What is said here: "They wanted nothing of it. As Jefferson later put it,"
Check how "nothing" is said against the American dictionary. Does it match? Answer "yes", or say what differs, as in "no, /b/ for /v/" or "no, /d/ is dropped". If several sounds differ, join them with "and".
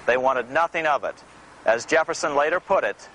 yes